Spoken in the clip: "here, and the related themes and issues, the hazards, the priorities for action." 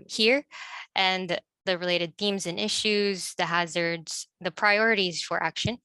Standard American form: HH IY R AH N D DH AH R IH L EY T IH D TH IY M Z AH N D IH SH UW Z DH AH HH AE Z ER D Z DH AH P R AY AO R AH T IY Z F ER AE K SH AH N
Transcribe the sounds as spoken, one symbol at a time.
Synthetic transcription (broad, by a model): HH IY R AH N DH DH AH R IH L EY T IH D TH IY M Z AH N IH SH UW Z DH AH HH AE Z ER D Z DH AH P R AY AO R AH T IY Z F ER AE K SH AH N